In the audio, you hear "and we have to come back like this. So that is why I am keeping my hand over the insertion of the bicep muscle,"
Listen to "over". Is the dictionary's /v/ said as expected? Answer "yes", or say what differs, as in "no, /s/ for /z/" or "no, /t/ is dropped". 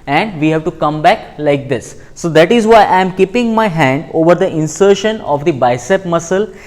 yes